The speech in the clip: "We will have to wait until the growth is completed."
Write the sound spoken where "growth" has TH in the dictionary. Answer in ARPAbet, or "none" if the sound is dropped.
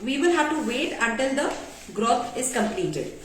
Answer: T